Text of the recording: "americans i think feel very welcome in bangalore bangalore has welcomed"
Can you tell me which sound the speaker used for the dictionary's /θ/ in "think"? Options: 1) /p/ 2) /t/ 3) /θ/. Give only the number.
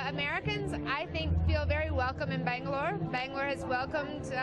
3